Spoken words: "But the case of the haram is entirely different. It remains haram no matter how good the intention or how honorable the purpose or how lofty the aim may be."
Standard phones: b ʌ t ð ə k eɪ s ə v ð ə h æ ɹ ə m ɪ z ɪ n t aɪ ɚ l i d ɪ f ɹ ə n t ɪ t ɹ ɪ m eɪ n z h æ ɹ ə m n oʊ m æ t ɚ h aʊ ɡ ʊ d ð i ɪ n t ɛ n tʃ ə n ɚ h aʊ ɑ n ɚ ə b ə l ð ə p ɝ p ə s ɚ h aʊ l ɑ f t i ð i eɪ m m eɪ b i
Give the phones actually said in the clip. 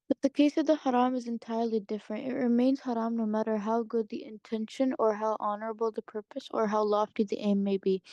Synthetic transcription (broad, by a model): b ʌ t ð ə k eɪ s ə v ð ə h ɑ ɹ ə m ɪ z ɪ n t aɪ ɚ l i d ɪ f ɹ ə n t ɪ t ɹ ɪ m eɪ n z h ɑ ɹ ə m n oʊ m æ t ɚ h aʊ ɡ ʊ d ð i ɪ n t ɛ n ʃ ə n ɚ h aʊ ɑ n ɚ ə b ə l ð ə p ɝ p ə s ɚ h aʊ l ɑ f t i ð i eɪ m m eɪ b i